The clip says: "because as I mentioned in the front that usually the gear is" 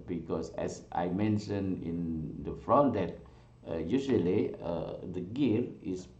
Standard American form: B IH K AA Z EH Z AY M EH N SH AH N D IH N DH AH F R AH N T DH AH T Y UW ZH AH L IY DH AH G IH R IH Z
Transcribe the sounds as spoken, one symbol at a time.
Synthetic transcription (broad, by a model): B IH K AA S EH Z AY M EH N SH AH N IH N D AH F R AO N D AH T Y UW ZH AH L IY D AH G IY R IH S